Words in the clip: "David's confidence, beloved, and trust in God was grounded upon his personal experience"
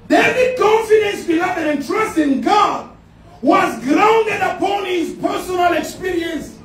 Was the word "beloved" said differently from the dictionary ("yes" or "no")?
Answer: yes